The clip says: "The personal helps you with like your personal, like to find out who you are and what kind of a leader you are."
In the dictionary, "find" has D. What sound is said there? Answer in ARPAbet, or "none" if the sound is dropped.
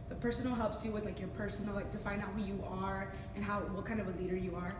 none